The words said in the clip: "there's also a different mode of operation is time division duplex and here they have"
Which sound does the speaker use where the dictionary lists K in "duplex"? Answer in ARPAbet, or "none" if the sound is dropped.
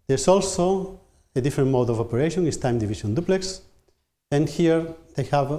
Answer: K